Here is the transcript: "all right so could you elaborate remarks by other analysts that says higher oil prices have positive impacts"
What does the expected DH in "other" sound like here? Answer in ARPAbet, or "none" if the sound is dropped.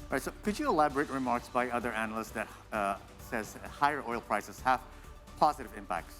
DH